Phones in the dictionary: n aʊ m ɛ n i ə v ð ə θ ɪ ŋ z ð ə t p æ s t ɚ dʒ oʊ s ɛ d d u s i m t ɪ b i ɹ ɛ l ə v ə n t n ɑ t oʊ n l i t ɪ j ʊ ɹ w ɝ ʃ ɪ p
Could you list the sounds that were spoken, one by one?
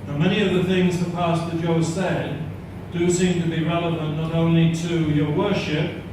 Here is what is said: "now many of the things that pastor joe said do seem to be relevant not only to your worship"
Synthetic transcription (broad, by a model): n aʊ m ɛ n i ə v ð ə θ ɪ ŋ z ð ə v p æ s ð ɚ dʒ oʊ s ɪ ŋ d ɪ s i m t ɪ b i ɹ ɛ l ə v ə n n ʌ t oʊ n l i t ɪ j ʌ ɹ w ɝ ʃ ɪ p